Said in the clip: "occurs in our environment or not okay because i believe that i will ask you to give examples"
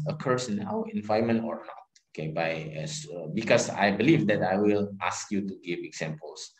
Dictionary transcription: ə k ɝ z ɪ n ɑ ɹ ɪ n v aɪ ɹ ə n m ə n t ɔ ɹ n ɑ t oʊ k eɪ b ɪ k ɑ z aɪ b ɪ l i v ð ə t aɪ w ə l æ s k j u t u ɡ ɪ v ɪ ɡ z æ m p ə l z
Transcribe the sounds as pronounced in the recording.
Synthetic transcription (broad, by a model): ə k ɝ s n ɑ w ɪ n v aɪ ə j m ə n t ɔ ɹ n ɑ t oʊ k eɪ b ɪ k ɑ s aɪ b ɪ l i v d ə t aɪ w ə l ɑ s k j u t u ɡ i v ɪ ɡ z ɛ m p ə l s